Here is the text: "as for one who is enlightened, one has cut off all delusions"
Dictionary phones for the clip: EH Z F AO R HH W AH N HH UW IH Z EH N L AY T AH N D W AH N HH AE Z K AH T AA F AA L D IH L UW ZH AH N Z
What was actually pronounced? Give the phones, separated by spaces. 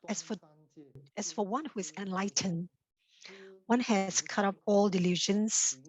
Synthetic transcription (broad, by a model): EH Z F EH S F W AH N HH UW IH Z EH N L AY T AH N W AH N HH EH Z K AH T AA P AA L D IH L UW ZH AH N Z